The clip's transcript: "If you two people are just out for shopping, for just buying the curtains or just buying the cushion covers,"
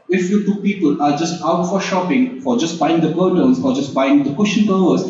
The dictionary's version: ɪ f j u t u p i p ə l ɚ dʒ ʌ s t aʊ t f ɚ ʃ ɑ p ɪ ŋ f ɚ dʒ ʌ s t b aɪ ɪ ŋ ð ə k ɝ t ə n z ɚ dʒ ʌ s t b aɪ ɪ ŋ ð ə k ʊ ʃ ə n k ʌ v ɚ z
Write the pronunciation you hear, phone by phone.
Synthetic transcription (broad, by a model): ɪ f j u t u p i p ə l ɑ dʒ ʌ s t aʊ t f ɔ ʃ ɑ p ɪ ŋ f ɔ dʒ ʌ s t b aɪ ɪ ŋ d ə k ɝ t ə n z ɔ dʒ ʌ s t b aɪ ɪ ŋ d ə k ʊ ʃ ə n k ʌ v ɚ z